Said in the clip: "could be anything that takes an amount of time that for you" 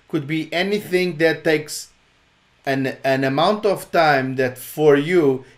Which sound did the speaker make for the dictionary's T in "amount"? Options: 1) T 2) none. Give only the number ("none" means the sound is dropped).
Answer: 1